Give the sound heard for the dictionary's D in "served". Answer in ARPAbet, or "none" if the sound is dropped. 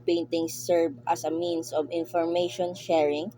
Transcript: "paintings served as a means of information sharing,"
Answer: none